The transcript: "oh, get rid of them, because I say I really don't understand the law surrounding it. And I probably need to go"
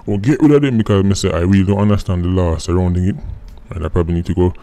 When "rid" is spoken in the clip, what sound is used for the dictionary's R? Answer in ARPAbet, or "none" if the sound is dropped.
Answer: W